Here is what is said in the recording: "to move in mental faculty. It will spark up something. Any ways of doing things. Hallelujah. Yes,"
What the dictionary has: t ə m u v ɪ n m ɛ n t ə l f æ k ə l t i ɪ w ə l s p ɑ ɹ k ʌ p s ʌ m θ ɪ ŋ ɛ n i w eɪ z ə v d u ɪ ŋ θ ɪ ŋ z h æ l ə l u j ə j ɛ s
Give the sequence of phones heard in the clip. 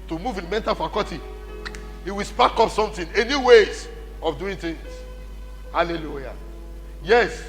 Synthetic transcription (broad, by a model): t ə m u v ɪ n m ɛ n t ə l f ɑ k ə t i ɪ w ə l s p ɑ k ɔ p s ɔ m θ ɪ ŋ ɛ n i w eɪ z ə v d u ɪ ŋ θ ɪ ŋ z h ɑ l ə l u j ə j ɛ s